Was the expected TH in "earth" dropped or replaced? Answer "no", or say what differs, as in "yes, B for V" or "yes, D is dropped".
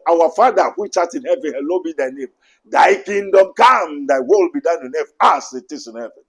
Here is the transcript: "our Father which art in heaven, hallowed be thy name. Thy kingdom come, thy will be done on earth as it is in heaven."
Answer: yes, F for TH